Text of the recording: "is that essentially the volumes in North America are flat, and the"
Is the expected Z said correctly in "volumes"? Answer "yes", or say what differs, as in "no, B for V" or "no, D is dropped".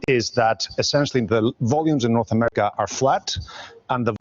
yes